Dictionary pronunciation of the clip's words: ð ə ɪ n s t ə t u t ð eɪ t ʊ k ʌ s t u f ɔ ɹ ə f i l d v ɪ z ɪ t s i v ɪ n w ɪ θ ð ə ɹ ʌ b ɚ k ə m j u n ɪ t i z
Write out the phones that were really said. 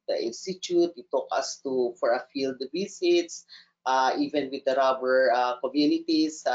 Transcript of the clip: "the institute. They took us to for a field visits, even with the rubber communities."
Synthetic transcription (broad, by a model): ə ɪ n s t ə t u t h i t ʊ k ʌ s t u f ɔ ɹ ə f i l d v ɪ s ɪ t s i v ɪ n w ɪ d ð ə ɹ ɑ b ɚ k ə m j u n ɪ t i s